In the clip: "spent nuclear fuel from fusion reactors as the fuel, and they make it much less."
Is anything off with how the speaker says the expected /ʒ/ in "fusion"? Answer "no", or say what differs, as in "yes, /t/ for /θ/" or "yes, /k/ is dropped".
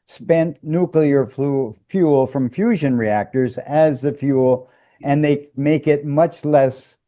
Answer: no